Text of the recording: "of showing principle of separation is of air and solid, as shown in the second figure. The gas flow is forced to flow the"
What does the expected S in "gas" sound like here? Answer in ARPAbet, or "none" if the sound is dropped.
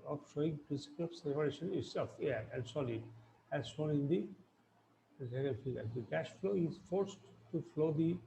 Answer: SH